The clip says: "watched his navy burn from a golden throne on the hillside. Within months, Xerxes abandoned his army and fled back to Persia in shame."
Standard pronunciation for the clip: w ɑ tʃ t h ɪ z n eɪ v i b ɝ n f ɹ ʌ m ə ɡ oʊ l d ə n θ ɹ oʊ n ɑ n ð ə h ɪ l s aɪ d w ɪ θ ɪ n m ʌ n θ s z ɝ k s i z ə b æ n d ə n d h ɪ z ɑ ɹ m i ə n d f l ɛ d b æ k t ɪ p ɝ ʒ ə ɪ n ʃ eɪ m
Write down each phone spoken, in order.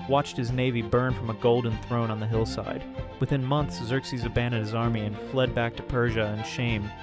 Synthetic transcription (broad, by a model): w ɑ tʃ t h ɪ z n eɪ v i b ɝ n f ɹ ʌ m ə ɡ oʊ l d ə n θ ɹ oʊ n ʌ n ð ə h ɪ l s aɪ d w ɪ θ ɪ n m ʌ n θ s z ɝ k s i z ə b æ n d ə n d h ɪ z ɑ ɹ m i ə n f l ɛ d b æ k t ɪ p ɝ ʒ ə ɪ n ʃ eɪ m